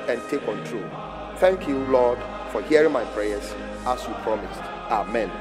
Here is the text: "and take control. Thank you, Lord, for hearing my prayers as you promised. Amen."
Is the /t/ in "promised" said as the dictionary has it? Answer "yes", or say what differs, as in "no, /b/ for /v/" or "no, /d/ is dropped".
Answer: yes